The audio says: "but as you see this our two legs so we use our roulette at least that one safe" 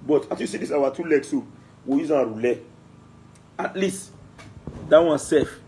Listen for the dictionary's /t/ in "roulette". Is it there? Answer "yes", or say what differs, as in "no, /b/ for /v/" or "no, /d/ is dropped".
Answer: no, /t/ is dropped